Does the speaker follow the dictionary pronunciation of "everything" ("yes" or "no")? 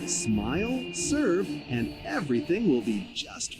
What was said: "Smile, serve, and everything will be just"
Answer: yes